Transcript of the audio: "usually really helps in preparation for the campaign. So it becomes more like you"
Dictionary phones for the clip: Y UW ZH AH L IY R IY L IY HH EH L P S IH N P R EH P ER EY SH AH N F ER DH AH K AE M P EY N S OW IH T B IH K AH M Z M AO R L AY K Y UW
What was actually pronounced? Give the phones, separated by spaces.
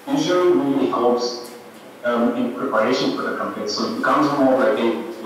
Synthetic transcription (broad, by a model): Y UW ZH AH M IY L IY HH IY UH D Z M IH N P R EH P ER EY SH AH N F ER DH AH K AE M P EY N S OW IH T B IH K AH M Z M AO R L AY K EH